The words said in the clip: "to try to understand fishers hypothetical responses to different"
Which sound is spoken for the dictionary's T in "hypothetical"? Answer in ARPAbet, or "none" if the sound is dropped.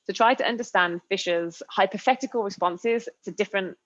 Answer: T